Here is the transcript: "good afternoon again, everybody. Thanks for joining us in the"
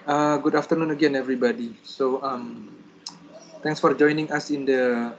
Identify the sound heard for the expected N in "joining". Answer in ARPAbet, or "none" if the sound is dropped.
N